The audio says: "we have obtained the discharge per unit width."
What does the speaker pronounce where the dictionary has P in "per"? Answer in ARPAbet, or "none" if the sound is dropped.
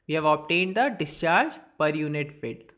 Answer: P